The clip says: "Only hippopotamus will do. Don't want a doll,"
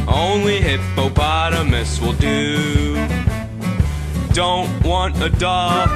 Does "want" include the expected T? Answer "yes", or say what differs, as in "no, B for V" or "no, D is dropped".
yes